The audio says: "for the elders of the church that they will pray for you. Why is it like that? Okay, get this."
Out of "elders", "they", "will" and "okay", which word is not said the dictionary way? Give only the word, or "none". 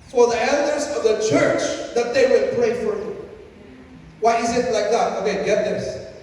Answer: none